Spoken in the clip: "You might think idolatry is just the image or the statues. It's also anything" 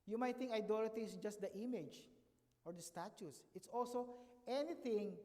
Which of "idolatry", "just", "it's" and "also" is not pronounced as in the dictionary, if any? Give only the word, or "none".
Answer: idolatry